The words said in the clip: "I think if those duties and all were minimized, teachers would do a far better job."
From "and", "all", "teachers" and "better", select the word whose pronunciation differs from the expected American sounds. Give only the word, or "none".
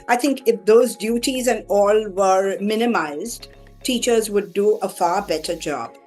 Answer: none